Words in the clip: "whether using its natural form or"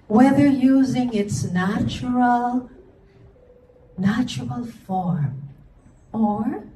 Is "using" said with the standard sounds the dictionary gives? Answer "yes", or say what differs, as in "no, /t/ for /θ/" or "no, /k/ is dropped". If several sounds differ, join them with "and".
yes